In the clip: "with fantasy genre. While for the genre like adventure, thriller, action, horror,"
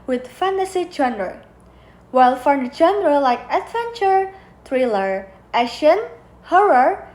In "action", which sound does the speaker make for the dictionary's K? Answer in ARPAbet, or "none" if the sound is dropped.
none